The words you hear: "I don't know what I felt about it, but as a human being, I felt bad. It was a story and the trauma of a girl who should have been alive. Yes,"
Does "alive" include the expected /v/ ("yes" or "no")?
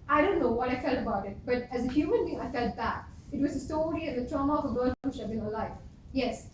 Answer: no